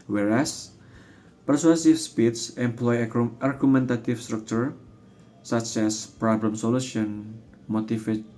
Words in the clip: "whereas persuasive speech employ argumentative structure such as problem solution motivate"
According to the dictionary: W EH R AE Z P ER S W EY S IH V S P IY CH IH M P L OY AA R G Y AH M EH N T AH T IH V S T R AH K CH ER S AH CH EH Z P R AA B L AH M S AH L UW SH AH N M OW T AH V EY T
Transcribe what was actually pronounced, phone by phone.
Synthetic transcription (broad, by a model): W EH R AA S P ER S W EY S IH F S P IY S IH M P L OY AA R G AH M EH N T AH T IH F S T R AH K CH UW S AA CH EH S P R AA B L AH M S AH L UW SH AH N M OW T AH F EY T